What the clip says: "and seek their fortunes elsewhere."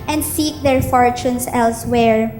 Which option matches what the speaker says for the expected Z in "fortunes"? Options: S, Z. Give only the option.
S